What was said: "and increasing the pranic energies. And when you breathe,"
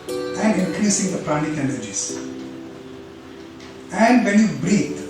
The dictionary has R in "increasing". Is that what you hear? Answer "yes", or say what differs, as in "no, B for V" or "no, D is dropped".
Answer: yes